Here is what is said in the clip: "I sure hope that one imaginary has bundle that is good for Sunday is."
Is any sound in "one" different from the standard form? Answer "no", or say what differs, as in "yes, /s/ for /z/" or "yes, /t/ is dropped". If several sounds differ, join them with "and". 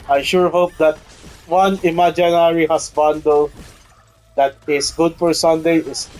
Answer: no